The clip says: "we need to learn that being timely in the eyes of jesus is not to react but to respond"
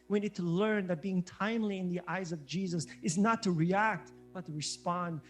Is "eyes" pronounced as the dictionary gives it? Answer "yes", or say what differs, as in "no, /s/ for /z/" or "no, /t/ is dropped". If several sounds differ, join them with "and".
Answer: yes